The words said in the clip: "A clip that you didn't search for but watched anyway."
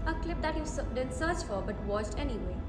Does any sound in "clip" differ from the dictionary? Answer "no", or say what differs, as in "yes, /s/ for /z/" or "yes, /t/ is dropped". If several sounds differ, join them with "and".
no